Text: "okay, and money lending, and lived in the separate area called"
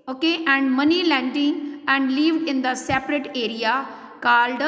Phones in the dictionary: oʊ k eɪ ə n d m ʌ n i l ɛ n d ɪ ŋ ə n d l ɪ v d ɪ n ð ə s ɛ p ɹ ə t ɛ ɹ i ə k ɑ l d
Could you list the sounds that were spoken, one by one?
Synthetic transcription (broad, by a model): oʊ k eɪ ə n d m ʌ n i l ɛ n d ɪ ŋ ə n d l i v ɪ n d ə s ɛ p ɹ ə t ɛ ɹ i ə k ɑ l d